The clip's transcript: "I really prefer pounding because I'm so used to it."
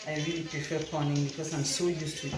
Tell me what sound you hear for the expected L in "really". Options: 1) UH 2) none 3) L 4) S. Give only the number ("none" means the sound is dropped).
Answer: 3